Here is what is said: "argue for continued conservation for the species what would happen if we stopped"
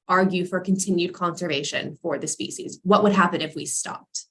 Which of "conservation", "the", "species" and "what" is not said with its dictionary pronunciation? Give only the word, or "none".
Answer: none